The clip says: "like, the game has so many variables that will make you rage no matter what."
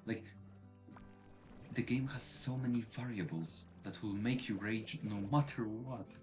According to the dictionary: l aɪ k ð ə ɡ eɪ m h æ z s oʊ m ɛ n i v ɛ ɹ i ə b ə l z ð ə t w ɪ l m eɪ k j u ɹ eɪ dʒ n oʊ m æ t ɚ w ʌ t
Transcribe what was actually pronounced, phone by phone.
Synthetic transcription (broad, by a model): l aɪ k ð ə ɡ eɪ m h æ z s oʊ m ɛ n i v ɛ ɹ i ə b ə l z ð ə t w ɪ l m eɪ k j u ɹ eɪ dʒ n oʊ m æ t ɚ w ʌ t